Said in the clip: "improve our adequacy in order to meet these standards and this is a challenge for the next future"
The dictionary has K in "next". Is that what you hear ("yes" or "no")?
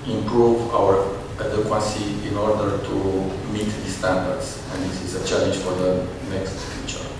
yes